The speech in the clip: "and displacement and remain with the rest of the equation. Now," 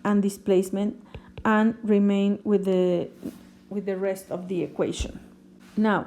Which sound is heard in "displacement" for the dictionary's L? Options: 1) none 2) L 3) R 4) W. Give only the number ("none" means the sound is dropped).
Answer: 2